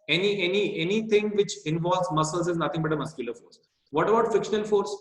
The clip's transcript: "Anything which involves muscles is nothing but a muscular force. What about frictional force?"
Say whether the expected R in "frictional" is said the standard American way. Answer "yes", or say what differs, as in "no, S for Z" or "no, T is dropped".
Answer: no, R is dropped